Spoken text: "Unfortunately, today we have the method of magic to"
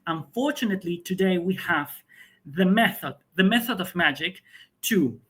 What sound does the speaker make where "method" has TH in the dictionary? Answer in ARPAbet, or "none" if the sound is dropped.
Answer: TH